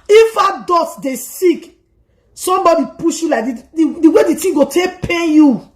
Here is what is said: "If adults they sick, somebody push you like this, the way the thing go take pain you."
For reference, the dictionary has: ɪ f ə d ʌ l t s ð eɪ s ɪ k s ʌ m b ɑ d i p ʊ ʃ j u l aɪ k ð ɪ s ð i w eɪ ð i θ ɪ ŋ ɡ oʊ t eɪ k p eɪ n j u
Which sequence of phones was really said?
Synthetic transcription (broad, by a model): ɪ f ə d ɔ t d eɪ s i k s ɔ m b ɑ d i p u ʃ j u l aɪ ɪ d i w eɪ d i t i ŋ ɡ oʊ t eɪ k p eɪ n j u